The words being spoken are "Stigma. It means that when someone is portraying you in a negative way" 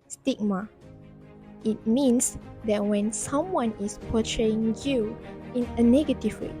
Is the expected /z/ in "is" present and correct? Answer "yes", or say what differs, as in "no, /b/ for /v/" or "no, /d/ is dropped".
no, /s/ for /z/